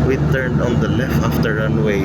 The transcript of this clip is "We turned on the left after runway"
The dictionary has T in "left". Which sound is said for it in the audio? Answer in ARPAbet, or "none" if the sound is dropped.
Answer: none